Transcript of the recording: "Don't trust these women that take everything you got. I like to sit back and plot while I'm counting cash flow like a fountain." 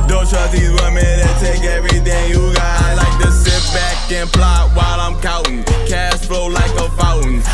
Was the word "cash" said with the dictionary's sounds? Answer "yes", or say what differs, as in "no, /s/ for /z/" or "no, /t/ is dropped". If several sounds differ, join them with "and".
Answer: no, /s/ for /ʃ/